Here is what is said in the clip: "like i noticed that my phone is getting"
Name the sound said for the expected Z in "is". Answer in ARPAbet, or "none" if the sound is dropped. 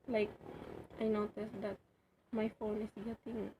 S